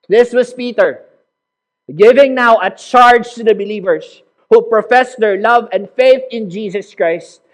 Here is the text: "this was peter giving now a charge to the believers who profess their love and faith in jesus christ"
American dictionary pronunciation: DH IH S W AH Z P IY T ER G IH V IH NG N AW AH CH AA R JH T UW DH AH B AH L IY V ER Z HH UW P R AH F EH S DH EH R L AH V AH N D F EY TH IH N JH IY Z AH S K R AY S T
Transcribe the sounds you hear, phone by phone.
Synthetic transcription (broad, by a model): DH IH S W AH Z P IY T ER G IH V IH NG N AW AH CH AA R JH T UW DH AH B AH L IY V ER S HH UW P R AH F EH S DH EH R L AH V AH N D F EY TH IH N JH IY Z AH S K R AY S T